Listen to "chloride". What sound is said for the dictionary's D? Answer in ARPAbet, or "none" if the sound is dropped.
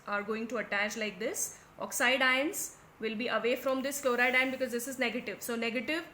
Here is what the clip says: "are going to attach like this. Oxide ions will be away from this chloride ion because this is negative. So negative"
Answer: D